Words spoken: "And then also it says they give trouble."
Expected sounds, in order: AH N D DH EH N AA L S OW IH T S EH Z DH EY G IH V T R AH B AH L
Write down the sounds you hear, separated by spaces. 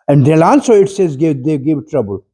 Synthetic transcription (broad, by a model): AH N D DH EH L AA N S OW IH T S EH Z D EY G IH V T R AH B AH L